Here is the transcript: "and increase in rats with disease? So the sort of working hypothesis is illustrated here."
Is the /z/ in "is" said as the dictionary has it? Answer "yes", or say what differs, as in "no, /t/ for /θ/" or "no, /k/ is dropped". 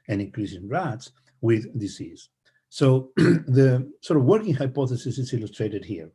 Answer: no, /s/ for /z/